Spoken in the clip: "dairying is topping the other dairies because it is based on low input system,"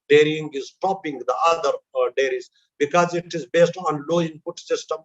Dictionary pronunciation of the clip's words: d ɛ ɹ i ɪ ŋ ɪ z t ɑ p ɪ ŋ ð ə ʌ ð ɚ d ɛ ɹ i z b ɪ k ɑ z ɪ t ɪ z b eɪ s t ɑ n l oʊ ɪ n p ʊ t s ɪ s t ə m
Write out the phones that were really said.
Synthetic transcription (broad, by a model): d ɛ ɹ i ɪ ŋ ɪ z t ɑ p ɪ ŋ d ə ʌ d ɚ d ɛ ɹ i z b ɪ k ɑ z ɪ t ɪ z b eɪ s t ɑ n l oʊ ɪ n p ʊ t s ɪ s t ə m